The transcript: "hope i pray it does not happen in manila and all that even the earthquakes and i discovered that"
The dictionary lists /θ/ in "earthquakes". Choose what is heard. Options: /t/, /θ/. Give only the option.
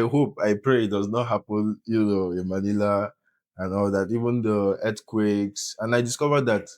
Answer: /t/